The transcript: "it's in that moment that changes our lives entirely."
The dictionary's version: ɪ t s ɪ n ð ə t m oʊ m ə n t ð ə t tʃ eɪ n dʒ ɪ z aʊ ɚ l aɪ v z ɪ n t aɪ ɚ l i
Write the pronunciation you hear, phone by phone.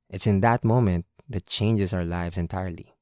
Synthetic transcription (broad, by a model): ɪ t s ɪ n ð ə t m oʊ m ə n t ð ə t tʃ eɪ n dʒ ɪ s aʊ ɚ l aɪ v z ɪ n t aɪ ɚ l i